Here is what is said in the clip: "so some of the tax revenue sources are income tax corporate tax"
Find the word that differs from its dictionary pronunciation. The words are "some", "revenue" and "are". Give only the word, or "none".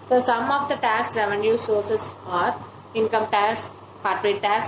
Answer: none